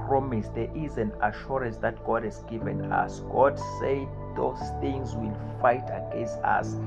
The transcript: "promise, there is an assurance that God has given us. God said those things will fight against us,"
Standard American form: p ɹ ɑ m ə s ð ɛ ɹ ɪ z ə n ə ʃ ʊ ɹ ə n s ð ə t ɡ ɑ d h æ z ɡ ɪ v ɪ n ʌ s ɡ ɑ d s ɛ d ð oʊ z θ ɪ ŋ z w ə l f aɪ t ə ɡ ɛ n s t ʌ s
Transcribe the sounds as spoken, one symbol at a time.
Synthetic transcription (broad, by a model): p ɹ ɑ m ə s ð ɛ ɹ ɪ z ə n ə ʃ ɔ ɹ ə n s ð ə t ɡ ɑ d h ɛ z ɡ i v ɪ n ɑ s ɡ ɑ d s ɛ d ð oʊ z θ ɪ ŋ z w ə l f aɪ t ə ɡ ɛ n s t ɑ s